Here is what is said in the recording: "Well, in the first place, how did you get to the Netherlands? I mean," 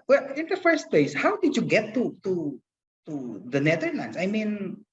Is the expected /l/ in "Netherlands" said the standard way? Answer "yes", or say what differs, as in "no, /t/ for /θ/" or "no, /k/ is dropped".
no, /n/ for /l/